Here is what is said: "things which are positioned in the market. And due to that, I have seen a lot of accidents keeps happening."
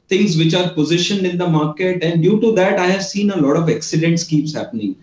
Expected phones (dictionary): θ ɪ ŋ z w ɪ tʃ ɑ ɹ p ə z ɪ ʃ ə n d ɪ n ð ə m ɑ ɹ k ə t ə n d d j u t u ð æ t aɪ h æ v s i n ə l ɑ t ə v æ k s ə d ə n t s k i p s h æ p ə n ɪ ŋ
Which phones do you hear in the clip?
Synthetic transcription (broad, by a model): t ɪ ŋ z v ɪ tʃ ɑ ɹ p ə z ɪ ʃ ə n ɪ n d ə m ɑ ɹ k ə t ə n d d j u t u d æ t aɪ h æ v s i n ə l ɑ t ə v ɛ k s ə d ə n t s k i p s h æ p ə n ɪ ŋ